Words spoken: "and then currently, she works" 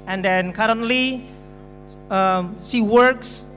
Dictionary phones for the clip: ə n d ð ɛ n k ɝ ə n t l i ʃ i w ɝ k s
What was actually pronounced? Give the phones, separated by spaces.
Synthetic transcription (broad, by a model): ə n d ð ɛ n k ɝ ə n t l i s i w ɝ k s